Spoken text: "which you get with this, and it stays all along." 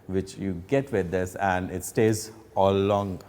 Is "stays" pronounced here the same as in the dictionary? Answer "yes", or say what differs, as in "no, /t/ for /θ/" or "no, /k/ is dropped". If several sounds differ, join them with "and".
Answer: yes